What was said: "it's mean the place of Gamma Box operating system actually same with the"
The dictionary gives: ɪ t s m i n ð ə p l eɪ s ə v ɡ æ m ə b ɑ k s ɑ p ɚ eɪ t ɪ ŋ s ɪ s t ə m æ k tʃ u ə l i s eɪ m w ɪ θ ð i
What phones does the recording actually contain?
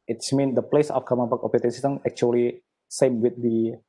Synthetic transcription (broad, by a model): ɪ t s m i n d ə p l eɪ s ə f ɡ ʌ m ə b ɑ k ɑ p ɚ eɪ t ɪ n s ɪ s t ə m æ k tʃ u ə l i s eɪ m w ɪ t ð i